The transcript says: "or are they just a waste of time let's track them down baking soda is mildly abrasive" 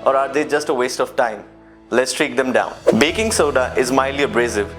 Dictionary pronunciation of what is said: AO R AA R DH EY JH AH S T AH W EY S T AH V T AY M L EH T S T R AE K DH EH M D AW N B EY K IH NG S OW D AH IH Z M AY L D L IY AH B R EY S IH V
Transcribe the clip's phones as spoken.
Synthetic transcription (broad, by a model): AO R AA R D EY JH AH S T AH W EY S T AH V T AY M L EH T S T R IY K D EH M D AW N B EY K IH NG S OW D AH IH Z M AY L L IY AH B R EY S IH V